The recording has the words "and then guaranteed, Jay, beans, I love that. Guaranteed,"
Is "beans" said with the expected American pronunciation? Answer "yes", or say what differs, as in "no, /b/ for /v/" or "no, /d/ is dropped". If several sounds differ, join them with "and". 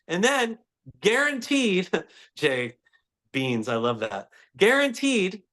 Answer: yes